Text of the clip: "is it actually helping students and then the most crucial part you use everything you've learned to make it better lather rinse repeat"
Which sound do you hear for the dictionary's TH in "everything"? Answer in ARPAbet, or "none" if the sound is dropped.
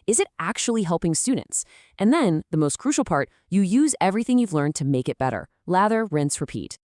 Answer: TH